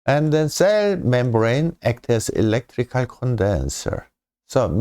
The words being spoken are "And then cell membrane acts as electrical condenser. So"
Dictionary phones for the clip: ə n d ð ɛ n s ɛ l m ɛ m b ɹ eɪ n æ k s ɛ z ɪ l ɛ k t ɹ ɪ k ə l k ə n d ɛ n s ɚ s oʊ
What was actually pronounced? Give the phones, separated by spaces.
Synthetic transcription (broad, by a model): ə n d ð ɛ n s ɛ l m ɛ m b ɹ eɪ n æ k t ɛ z ɪ l ɛ k t ɹ ɪ k ə l k ə n d ɛ n s ɚ s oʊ